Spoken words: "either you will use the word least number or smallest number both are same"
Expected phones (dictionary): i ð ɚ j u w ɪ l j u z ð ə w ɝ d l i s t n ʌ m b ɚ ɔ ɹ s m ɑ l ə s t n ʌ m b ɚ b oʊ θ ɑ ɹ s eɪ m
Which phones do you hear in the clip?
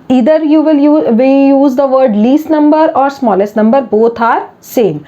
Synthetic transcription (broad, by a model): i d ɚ j u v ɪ l j u z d ə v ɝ d l i s t n ʌ m b ɚ ɔ ɹ s m ɑ l ə s t n ʌ m b ɚ b oʊ t ɑ ɹ s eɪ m